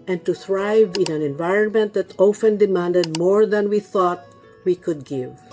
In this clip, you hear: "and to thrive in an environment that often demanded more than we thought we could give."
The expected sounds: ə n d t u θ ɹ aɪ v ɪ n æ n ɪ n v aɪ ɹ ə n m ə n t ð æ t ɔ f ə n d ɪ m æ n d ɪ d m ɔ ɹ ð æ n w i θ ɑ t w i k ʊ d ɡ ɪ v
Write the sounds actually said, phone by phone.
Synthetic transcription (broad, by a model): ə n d t u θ ɹ aɪ v ɪ n æ n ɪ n v aɪ ɹ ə n m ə n t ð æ t ɔ f ə n d ɪ m æ n d ɪ d m ɔ ɹ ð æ n w i θ ɑ t w i k ʊ d ɡ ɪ v